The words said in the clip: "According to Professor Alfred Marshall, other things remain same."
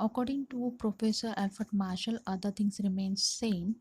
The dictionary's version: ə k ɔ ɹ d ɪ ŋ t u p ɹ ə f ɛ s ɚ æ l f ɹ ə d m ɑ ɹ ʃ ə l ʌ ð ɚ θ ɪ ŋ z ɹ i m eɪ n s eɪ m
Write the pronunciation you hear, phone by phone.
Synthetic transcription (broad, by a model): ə k ɔ ɹ d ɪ ŋ t u p ɹ ə f ɛ s ɚ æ l f ə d m ɑ ɹ ʃ ə l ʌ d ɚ t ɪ ŋ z ɹ i m eɪ n s eɪ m